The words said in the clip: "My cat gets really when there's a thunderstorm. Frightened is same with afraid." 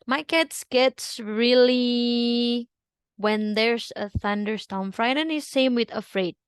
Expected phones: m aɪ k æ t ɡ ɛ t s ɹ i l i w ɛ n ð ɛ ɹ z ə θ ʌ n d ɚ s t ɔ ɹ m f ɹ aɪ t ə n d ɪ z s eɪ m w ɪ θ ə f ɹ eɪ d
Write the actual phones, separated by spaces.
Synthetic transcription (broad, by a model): m aɪ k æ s ɡ ɛ t s ɹ i l i w ɛ n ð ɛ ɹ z ə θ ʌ n d ɚ s t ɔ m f ɹ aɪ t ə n ɪ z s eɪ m w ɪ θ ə f ɹ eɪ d